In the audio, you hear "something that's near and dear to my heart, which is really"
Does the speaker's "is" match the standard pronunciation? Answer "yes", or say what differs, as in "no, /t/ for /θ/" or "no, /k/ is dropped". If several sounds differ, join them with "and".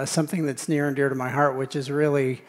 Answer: yes